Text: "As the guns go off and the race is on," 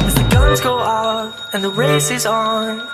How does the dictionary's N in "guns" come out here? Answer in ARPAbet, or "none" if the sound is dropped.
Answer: none